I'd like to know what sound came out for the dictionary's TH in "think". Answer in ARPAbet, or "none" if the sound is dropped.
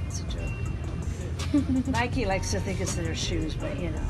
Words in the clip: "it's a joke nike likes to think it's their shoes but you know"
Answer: TH